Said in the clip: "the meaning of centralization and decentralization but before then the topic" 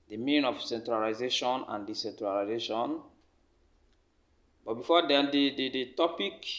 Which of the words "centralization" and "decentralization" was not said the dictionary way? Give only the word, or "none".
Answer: none